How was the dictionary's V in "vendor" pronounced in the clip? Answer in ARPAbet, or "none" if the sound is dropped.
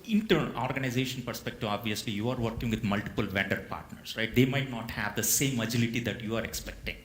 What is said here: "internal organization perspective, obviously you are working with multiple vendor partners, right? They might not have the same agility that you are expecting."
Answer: V